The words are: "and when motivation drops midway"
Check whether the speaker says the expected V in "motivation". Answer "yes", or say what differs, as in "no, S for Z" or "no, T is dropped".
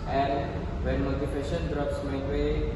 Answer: no, F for V